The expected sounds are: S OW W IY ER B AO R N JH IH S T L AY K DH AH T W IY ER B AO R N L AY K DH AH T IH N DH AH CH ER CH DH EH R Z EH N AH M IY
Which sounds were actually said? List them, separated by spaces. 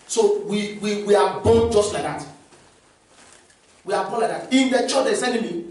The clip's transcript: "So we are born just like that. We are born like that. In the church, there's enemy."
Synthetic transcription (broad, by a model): S OW W IY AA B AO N JH IH S T L AY K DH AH T W IY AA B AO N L AY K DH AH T IH N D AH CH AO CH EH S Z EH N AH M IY